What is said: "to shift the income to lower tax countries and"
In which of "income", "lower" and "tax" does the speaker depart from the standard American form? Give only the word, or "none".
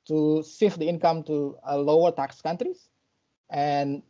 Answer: none